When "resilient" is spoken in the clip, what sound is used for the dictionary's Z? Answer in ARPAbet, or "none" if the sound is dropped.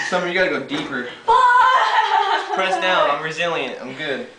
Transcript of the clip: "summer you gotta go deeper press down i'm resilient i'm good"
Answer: Z